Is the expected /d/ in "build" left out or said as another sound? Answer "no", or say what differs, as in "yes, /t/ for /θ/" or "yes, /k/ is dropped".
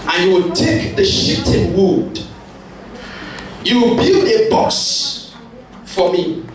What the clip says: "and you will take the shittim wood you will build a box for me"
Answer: yes, /d/ is dropped